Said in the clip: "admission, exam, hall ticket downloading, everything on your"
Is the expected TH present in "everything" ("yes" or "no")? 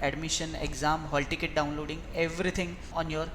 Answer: no